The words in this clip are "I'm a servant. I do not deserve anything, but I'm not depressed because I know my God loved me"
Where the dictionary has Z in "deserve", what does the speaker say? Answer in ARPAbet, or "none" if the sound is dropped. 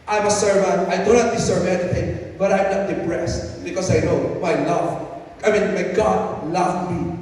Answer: S